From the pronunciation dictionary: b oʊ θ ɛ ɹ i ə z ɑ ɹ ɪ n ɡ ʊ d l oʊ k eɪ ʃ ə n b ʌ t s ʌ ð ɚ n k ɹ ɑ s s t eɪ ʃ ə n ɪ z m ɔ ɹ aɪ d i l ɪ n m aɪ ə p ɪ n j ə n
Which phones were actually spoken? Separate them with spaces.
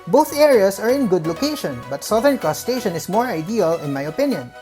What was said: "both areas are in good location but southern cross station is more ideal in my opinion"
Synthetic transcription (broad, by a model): b oʊ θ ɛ ɹ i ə s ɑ ɹ ɪ n ɡ ʊ d l oʊ k eɪ ʃ ə n b ʌ t s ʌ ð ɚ n k ɑ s s t eɪ ʃ ə n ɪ s m ɔ ɹ aɪ d i l ɪ n m aɪ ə p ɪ n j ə n